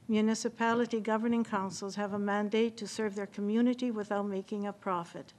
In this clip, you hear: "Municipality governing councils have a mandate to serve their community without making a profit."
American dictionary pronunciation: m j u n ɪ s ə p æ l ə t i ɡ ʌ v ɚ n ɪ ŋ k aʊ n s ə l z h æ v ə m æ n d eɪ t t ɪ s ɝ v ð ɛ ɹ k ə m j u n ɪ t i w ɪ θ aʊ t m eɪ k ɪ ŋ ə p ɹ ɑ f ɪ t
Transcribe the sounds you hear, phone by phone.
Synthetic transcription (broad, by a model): m j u n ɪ s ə p æ l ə t i ɡ ʌ v ɚ n ɪ ŋ k aʊ n s l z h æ v ə m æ n d eɪ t t ɪ s ɝ v ð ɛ ɹ k ə m j u n ɪ t i w ɪ θ aʊ t m eɪ k ɪ ŋ ə p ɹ ɑ f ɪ t